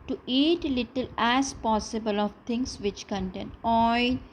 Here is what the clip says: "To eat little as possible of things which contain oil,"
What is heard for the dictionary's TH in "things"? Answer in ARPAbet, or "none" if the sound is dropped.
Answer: T